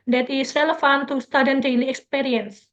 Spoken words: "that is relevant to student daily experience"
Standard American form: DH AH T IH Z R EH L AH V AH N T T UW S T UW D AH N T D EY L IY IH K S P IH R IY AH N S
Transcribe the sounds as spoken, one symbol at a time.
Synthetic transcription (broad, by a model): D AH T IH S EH L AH F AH N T T UW S T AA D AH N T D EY L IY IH K S P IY R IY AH N S